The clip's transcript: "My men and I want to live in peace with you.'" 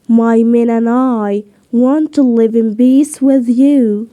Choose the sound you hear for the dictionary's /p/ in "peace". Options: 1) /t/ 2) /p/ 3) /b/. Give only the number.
3